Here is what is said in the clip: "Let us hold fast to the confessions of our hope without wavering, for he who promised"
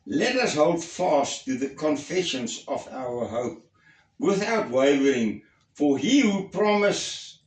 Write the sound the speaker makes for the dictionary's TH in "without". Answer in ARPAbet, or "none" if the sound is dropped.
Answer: TH